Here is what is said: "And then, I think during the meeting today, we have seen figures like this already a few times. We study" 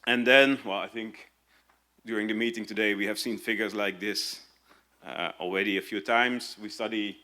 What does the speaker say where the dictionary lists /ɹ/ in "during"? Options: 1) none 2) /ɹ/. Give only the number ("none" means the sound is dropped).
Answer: 2